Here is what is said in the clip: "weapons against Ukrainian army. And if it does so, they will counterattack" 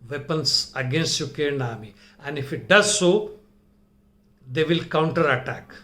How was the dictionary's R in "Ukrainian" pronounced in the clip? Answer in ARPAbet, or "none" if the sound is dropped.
none